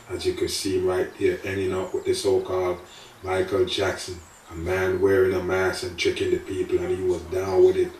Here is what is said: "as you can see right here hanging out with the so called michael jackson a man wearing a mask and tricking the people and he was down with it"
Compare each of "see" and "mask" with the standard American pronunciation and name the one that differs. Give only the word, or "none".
mask